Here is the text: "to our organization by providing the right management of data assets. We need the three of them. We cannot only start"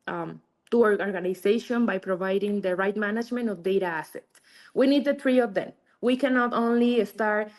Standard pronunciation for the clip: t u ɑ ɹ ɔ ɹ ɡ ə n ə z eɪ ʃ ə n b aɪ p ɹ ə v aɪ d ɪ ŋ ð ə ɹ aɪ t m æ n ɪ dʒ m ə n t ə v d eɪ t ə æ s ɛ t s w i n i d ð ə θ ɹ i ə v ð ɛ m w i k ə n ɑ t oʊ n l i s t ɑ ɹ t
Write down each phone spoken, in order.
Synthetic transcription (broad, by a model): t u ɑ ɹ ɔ ɹ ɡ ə n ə s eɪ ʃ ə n b aɪ p ɹ ə v aɪ d ɪ ŋ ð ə ɹ aɪ t m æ n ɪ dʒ m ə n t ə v d eɪ t ə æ s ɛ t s w i n i d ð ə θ ɹ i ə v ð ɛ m w i k ə n ɑ t oʊ n l i s t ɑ ɹ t